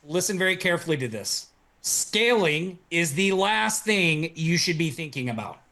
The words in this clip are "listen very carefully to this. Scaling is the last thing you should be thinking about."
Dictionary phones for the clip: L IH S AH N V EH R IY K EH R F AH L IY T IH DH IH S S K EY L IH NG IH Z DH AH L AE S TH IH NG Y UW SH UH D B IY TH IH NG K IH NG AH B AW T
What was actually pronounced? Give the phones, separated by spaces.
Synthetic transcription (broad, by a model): L IH S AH N V EH R IY K EH R F L IY T IH DH IH S S K EY L IH NG IH Z DH AH L AE S TH IH NG Y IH SH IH D B IY TH IH NG K IH NG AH B AW T